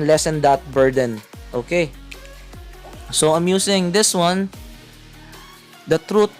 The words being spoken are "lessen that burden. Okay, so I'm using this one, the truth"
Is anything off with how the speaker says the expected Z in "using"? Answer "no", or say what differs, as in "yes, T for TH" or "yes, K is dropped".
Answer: yes, S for Z